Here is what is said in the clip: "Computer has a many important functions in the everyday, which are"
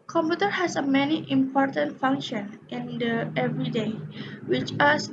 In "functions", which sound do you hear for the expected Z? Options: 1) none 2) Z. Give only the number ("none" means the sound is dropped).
1